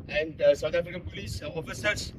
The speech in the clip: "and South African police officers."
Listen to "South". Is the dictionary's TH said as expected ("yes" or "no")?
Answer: no